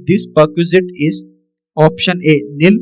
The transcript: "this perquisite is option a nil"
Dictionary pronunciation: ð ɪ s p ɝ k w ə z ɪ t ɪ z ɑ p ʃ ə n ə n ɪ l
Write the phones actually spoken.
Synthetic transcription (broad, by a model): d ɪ s p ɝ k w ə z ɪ t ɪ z ɑ p ʃ ə n ə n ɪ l